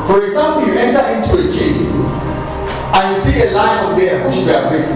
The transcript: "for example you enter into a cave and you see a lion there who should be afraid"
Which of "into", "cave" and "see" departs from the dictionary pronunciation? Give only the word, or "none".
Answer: cave